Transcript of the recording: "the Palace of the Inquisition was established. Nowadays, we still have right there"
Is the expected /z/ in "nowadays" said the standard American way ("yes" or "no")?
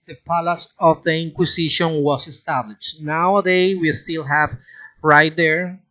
no